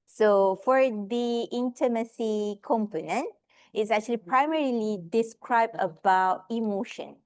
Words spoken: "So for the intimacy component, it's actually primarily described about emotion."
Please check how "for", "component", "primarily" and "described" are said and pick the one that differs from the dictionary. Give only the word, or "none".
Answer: none